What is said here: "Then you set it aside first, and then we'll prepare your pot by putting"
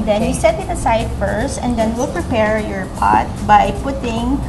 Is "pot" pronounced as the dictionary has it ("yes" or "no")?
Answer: yes